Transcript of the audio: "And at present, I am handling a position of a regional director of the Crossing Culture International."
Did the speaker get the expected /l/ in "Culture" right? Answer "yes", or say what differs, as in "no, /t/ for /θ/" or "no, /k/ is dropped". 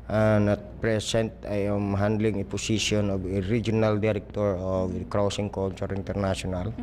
no, /n/ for /l/